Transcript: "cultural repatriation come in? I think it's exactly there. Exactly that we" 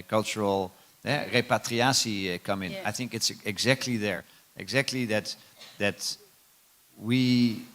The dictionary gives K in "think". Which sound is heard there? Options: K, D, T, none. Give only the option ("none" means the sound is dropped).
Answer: K